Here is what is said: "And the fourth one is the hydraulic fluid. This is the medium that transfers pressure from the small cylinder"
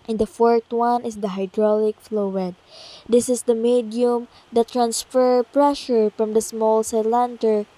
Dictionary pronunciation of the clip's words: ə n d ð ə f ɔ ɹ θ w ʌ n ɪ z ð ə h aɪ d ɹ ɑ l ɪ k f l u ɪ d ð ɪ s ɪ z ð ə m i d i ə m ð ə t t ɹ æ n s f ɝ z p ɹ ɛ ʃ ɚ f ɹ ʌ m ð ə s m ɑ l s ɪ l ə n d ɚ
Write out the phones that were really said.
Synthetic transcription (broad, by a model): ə n d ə f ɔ ɹ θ w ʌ n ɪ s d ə h aɪ d ɹ ɑ l ɪ k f l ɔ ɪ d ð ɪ s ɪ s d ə m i d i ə m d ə t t ɹ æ n s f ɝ p ɹ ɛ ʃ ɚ f ɹ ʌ m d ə s m ɑ l s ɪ l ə n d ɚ